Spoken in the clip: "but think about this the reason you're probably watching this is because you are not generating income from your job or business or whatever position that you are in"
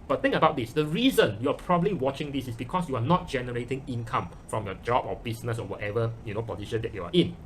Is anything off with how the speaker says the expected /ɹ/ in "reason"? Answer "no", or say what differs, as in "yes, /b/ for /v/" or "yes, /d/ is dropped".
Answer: no